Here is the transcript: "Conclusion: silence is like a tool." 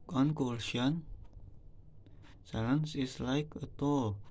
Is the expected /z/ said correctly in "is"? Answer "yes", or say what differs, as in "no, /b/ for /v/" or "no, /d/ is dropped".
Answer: no, /s/ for /z/